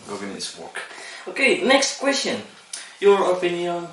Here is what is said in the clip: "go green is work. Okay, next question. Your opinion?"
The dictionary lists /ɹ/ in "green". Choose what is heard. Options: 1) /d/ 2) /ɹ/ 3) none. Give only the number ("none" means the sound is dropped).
3